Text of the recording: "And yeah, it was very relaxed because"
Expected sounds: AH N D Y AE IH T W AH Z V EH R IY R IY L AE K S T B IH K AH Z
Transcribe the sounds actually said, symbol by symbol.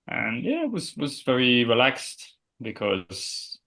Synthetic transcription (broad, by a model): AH N Y AE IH T W AH Z V EH R IY R IY L AE K S T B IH K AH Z